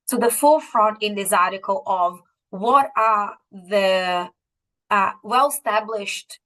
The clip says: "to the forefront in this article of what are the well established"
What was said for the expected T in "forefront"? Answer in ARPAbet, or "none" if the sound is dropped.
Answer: T